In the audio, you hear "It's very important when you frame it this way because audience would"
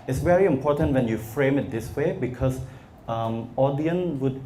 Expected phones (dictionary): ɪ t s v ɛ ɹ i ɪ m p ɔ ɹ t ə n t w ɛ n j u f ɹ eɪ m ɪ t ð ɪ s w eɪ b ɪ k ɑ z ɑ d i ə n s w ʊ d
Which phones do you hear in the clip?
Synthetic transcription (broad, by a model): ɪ t s v ɛ ɹ i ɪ m p ɔ t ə n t w ɛ n j u f ɹ eɪ m ɪ t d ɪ s w eɪ b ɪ k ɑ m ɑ d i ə n w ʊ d